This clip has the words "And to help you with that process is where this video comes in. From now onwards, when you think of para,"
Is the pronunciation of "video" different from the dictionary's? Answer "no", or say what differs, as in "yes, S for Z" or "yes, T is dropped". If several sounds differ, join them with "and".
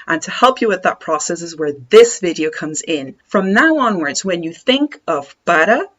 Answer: no